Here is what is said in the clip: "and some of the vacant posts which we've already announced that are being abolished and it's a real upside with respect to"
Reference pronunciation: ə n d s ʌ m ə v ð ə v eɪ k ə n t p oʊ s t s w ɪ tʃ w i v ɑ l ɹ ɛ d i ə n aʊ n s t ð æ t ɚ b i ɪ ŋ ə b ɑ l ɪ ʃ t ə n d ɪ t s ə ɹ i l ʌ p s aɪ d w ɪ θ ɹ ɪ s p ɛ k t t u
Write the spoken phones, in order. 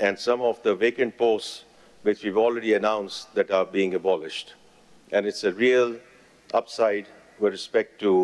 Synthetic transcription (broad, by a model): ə n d s ʌ m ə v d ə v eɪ k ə n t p oʊ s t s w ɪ tʃ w i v ɑ l ɹ ɛ d i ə n aʊ n s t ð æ t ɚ b i ɪ ŋ ə b ɑ l ɪ ʃ t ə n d ɪ t s ə ɹ i l ʌ p s aɪ d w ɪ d ɹ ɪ s p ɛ k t t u